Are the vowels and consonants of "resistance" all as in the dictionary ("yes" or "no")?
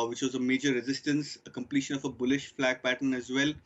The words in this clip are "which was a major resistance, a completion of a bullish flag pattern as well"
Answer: yes